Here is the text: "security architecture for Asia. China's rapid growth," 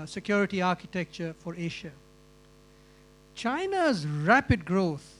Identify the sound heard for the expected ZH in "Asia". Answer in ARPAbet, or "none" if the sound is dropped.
SH